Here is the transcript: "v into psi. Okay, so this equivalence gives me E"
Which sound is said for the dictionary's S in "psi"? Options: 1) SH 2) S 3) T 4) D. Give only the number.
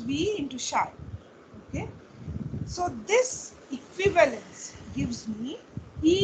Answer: 1